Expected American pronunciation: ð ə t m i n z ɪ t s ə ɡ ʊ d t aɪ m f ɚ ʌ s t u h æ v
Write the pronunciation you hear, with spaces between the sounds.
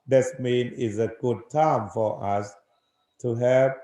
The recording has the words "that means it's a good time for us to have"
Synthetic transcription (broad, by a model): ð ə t m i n ɪ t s ə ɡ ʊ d t aɪ m f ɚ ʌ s t u h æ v